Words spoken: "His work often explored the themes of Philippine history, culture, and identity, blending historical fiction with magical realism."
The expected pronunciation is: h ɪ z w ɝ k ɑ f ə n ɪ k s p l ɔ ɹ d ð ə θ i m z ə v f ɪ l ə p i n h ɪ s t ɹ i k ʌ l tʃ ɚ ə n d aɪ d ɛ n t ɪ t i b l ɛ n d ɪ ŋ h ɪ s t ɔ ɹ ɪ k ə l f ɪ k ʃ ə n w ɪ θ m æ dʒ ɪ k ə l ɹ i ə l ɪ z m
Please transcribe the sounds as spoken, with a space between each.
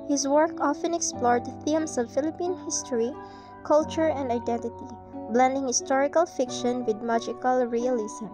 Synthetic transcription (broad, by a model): h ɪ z w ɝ k ɑ f ə n ɪ k s p l ɔ ɹ d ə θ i m s ə v f ɪ l ə p i n h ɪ s t ɹ i k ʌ l tʃ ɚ ə n d aɪ d ɛ n t ɪ t i b l ɛ n d ɪ ŋ h ɪ s t ɔ ɹ ɪ k ə l f ɪ k ʃ ə n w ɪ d m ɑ dʒ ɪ k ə l ɹ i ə l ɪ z m